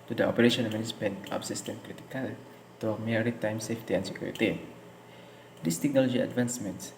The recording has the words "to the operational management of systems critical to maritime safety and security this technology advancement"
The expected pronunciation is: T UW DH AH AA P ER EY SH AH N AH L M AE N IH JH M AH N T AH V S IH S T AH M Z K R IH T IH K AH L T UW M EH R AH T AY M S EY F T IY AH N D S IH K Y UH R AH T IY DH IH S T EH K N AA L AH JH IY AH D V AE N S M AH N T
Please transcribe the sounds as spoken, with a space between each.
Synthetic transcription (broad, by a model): T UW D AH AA P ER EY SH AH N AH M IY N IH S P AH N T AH P S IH S T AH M K R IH T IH K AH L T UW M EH R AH T AY M S EY F T IY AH N S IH K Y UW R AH T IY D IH S T EH K N AA L AH JH IY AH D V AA N S M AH N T